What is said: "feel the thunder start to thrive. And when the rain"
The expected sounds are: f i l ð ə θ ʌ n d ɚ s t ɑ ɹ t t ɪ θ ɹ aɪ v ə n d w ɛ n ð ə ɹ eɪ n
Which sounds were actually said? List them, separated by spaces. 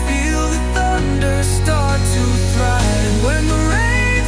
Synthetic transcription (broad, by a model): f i l ð ə θ ʌ n d ɚ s t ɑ ɹ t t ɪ t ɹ aɪ ə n w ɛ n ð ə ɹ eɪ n